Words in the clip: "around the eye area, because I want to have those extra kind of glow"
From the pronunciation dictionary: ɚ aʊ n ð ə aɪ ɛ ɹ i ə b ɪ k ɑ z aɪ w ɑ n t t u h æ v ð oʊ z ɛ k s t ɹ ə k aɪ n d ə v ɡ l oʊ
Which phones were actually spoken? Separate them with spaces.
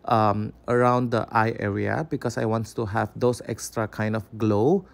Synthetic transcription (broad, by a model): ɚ aʊ n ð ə aɪ ɛ ɹ i ə b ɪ k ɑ s aɪ w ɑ n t t u h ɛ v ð oʊ s ɛ k s t ɹ ə k aɪ n d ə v ɡ l oʊ